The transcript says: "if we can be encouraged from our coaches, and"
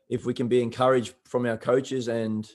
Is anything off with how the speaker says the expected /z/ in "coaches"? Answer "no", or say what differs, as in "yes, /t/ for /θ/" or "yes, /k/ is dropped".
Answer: no